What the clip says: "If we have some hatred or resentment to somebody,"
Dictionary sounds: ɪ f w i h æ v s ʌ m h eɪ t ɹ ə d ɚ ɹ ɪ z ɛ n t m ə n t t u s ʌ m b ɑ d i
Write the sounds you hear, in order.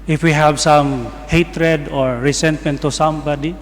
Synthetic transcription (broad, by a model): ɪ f w i h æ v s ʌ m h eɪ t ɹ ə d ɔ ɹ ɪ s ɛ n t m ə n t t u s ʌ m b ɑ d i